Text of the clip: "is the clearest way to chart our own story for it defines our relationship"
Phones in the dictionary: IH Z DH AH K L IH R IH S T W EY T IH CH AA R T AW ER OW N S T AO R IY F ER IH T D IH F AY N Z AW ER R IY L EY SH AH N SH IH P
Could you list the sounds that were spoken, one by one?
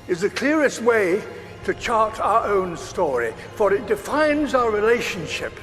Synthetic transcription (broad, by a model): IH Z DH AH K L IH R IH S T W EY T IH CH AA R T AW ER OW N S T AO R IY F ER IH T D IH F AY N Z AW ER R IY L EY SH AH N SH IH P